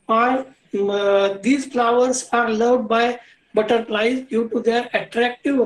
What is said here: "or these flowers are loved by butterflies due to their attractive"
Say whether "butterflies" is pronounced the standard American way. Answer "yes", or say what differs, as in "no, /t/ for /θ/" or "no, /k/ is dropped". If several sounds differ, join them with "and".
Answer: no, /p/ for /f/